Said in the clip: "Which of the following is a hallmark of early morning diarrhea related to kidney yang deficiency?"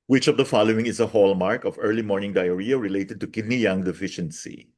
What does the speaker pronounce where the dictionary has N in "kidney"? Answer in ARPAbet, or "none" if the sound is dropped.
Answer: N